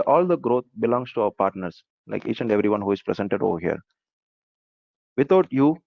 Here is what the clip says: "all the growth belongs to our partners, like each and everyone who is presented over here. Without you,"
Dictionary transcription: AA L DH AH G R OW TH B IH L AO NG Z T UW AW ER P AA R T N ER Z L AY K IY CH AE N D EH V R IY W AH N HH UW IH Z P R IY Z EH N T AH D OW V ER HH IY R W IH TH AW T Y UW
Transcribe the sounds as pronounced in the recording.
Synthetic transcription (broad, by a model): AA L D AH G R OW T B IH L AO NG S T UW AW ER P AA R T N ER S L AY K IY CH AE N D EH V R IY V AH N HH UW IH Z P R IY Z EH N T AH D OW V ER HH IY R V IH T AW T Y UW